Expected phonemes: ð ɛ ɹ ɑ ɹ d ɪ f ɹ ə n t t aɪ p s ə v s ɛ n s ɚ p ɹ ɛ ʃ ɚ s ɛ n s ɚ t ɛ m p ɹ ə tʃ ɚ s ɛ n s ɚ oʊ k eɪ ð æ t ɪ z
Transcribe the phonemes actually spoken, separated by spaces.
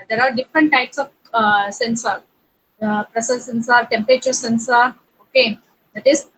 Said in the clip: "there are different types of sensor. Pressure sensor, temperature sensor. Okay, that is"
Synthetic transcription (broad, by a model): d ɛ ɹ ɑ ɹ d ɪ f ɹ ə n t t aɪ p s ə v s ɛ n s ɚ p ɹ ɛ s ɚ s ɛ n s ɚ t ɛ m p ɹ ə tʃ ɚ s ɛ n s ɚ oʊ k eɪ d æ t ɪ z